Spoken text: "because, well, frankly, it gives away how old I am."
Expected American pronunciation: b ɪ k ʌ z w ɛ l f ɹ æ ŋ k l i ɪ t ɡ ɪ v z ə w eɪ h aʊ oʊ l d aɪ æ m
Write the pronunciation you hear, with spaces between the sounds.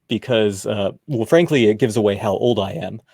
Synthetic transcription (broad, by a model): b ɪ k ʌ z w ɛ l f ɹ æ ŋ k l i ɪ t ɡ ɪ v z ə w eɪ h aʊ oʊ l d aɪ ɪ m